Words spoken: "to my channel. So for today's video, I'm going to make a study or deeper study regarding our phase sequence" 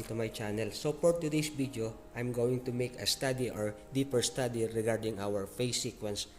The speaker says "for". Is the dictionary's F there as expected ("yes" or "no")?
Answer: no